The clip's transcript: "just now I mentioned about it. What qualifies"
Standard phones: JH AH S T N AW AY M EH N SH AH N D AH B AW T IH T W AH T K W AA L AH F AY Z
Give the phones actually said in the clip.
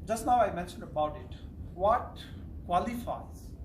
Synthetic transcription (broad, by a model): JH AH S T N AW AY M EH N SH AH N D AH B AW T IH T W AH T K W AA L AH F AY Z